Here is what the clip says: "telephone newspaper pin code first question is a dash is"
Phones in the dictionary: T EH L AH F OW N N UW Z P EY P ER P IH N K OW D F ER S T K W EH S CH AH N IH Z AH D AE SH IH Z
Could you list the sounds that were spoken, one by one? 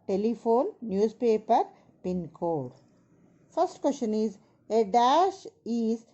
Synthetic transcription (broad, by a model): T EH L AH F OW N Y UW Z P EY P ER P IH N K OW D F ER S T K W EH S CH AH N IH Z AH D AE SH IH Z